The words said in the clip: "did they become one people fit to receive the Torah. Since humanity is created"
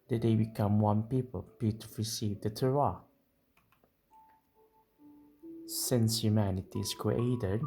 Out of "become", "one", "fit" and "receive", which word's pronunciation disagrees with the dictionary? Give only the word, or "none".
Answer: fit